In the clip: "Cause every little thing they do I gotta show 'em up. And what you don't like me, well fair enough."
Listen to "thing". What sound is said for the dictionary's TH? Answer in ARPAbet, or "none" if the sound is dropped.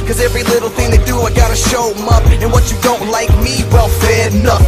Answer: TH